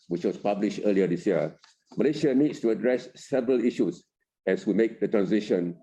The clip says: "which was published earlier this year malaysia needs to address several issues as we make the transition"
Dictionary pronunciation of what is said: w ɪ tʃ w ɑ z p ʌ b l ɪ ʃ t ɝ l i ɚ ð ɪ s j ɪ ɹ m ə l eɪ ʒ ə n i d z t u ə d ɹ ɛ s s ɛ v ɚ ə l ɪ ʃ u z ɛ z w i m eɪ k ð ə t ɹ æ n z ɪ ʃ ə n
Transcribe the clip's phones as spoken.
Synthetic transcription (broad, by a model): w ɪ tʃ w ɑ s p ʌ b l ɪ ʃ t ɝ l i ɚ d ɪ s j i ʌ m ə l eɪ ʃ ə n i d s t u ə d ɹ ɛ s s ɛ v ɚ ə l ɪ ʃ u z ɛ s w i m eɪ k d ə t ɹ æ n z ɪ ʃ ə n